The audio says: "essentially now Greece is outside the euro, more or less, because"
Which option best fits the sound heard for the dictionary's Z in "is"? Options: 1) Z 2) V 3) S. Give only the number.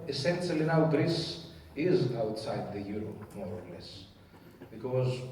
1